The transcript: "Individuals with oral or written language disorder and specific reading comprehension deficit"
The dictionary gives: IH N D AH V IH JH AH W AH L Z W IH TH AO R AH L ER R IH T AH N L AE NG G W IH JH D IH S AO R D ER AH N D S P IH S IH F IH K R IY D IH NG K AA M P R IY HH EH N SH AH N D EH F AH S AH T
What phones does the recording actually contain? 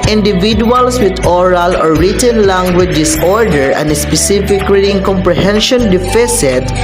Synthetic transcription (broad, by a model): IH N D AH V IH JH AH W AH L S W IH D AO R AH L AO R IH T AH N L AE NG G W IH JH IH S AO R D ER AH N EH S P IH S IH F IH K L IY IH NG K AA M P R IY HH EH N SH AH N D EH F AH S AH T